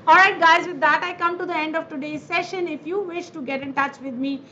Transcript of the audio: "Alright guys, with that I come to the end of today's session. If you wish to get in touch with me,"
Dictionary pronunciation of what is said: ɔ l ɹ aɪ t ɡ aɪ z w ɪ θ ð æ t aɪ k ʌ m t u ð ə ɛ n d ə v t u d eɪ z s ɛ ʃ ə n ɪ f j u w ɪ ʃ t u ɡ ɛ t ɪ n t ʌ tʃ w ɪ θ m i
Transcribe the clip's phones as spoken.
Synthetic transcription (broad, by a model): ɔ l ɹ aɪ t ɡ aɪ z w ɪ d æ t aɪ k ʌ m t u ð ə ɛ n d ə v t u d eɪ z s ɛ ʃ ə n ɪ f j u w ɪ ʃ t u ɡ ɛ t ɪ n t ʌ tʃ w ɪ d m i